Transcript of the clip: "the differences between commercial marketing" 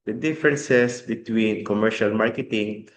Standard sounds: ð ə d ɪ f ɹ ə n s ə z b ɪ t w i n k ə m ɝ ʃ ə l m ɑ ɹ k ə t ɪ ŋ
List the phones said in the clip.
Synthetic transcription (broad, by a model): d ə d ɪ f ɹ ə n s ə s b ɪ t w i n k ə m ɝ ʃ ə l m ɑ ɹ k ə t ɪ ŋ